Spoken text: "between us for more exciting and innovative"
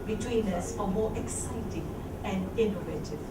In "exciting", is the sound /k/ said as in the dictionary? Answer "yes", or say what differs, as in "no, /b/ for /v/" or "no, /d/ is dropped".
yes